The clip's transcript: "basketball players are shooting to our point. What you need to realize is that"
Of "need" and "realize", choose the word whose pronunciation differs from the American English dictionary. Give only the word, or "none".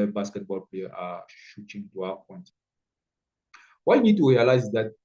realize